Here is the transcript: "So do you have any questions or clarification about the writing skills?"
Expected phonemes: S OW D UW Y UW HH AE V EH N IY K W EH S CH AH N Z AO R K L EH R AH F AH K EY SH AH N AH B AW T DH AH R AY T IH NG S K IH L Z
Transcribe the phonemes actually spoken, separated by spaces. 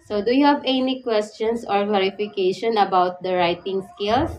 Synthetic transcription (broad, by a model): S OW D UW Y UW HH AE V EH N IY K W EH S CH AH N S AO R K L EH R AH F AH K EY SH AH N AH B AW T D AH R AY T IH NG S K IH L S